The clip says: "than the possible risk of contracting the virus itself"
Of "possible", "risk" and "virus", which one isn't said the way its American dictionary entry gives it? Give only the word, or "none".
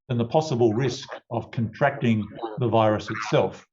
none